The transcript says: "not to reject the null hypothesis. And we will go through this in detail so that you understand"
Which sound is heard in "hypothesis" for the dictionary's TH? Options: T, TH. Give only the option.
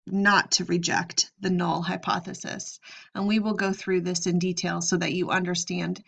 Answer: TH